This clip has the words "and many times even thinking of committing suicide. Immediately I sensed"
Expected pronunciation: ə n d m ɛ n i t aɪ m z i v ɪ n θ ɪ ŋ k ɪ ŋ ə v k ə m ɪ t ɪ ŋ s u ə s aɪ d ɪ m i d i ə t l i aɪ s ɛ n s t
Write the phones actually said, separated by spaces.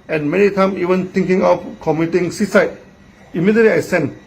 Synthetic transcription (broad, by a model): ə n m ɛ n i t aɪ m i v ɪ n t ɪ ŋ k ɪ ŋ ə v k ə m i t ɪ ŋ s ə s aɪ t ɪ m i d i ə t l i aɪ s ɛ n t